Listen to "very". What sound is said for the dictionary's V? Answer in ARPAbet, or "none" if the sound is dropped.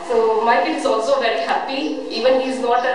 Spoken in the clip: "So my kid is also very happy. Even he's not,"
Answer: V